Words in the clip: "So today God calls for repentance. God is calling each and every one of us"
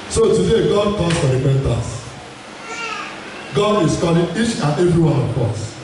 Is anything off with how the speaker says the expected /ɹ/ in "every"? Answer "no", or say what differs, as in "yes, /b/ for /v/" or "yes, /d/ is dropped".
no